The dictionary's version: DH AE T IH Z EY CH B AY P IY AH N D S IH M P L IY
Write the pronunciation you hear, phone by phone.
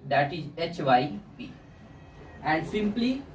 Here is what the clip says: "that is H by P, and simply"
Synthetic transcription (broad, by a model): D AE T IH Z EY CH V AY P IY AH N D S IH M P L IY